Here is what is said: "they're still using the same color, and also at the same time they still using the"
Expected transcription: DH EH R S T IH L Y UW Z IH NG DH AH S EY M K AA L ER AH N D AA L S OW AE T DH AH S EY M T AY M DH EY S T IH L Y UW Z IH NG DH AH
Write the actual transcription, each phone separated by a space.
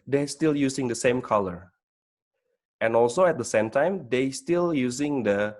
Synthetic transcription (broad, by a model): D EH S T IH L Y UW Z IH NG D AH S EY M K AA L ER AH N AA L S OW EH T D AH S EY M T AY M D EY S T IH L Y UW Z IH NG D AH